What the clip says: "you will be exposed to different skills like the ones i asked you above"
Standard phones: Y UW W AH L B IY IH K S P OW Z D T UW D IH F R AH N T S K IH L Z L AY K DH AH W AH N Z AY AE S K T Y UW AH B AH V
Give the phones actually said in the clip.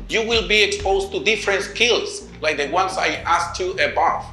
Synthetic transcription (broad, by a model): Y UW W AH L B IY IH K S P OW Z T UW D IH F R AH N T S K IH L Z L AY K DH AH W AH N S AY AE S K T Y UW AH B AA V